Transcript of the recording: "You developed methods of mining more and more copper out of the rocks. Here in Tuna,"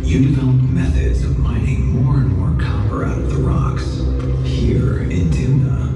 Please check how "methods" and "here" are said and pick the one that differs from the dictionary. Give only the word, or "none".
none